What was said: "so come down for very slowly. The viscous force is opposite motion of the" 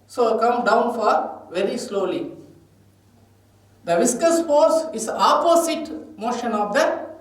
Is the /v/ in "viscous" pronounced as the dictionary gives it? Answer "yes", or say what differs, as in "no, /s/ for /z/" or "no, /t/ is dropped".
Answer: yes